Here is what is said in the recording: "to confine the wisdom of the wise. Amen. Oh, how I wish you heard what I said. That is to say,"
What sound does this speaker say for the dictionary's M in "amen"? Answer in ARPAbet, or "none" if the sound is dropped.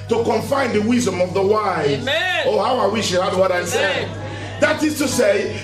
none